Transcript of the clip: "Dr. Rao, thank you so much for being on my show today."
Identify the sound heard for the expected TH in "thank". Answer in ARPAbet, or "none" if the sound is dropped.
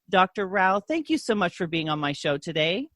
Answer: TH